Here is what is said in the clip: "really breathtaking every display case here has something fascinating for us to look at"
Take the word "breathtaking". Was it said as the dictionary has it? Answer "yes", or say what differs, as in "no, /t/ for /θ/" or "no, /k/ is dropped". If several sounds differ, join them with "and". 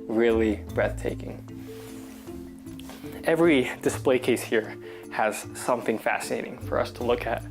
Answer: yes